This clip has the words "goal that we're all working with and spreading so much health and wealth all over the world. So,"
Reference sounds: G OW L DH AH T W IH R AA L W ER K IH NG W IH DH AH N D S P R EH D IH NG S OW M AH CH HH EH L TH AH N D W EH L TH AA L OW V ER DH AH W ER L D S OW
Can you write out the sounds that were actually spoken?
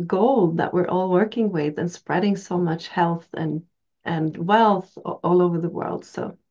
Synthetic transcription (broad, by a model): G OW L DH AH T W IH R AA L W ER K IH NG W IH DH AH N S P R EH D IH NG S OW M AH CH HH EH L TH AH N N W EH L TH AA L OW V ER DH AH W ER L D S OW